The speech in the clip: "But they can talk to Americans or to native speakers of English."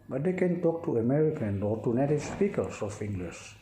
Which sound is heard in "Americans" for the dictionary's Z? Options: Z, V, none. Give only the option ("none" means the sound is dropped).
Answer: none